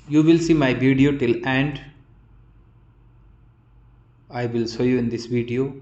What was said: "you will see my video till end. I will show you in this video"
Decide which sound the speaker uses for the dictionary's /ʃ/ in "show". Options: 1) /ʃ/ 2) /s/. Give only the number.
2